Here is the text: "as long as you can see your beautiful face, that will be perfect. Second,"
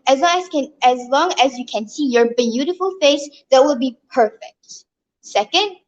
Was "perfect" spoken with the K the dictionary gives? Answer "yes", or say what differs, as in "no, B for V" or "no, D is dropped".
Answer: yes